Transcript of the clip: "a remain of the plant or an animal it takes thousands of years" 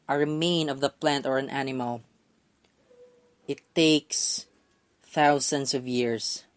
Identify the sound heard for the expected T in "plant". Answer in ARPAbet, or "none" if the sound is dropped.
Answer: T